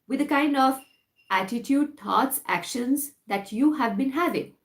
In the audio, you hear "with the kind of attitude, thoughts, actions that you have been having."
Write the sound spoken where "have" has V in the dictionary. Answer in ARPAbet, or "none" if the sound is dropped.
V